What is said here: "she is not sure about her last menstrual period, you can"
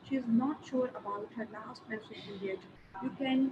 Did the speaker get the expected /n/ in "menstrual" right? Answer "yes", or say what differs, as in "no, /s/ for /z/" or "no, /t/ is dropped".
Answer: no, /n/ is dropped